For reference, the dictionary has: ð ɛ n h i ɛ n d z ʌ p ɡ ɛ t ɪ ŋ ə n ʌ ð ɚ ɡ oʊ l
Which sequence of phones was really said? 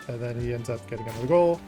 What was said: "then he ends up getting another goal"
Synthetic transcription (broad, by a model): ð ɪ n i ɛ n d z ʌ p ɡ ɛ t ɪ ŋ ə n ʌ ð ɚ ɡ oʊ l